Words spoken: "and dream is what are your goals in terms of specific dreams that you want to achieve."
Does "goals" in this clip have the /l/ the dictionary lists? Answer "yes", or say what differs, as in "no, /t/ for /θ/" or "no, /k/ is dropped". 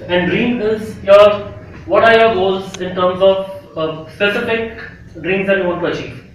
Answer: no, /l/ is dropped